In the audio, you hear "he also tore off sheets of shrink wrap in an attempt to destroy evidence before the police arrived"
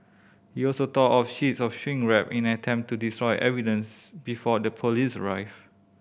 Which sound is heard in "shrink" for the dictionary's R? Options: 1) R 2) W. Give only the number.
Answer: 2